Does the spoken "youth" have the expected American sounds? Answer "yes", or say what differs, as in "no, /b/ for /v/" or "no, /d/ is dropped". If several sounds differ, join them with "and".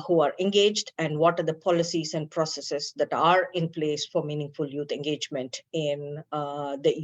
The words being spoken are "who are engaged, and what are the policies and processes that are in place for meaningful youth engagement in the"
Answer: no, /t/ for /θ/